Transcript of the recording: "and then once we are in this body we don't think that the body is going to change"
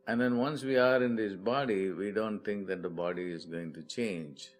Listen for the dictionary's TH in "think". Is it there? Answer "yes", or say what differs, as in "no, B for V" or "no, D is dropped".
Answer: no, T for TH